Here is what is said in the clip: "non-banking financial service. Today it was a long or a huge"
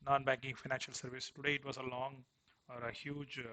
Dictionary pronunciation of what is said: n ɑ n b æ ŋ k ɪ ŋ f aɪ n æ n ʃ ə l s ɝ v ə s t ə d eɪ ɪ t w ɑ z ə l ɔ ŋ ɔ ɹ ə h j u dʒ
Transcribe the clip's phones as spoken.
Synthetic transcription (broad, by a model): n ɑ n b æ ŋ k ɪ ŋ f aɪ n æ n ʃ ə l s ɝ v ə s t ə d eɪ ɪ t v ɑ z ə l ɔ ŋ ɔ ɹ ə h j u dʒ